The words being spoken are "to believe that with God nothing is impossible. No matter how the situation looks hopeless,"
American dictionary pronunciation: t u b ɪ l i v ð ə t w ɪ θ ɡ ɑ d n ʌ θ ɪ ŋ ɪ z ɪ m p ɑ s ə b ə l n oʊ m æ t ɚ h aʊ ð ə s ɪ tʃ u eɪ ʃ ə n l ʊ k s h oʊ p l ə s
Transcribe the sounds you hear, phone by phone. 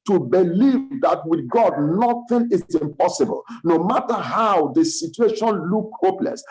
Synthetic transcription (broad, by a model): t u b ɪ l i v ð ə t w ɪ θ ɡ ɑ d n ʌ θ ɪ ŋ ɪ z ɪ m p ɑ s ə b ə l n oʊ m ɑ t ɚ h aʊ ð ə s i tʃ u eɪ ʃ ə n l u k h oʊ p l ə s